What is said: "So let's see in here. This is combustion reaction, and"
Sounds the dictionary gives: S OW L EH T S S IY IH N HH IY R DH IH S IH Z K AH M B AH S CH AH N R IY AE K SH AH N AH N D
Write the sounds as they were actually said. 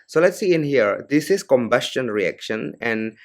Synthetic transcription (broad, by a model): S OW L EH T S S IY IH N HH IY R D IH S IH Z K AH M B AH S CH AH N R IY AE K SH AH N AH N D